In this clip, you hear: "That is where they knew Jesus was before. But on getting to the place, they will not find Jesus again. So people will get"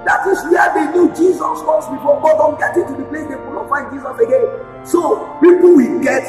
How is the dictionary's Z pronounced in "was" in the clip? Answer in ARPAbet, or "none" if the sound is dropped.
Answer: S